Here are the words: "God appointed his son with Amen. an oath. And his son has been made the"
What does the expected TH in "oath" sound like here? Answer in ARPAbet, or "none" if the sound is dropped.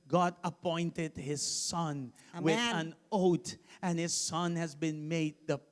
T